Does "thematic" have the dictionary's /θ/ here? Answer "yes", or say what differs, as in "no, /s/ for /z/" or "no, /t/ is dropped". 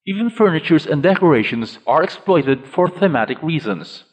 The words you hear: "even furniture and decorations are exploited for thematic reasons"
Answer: yes